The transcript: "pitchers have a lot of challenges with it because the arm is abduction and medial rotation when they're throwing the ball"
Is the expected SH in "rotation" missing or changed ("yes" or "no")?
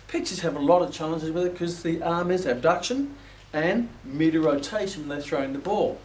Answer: yes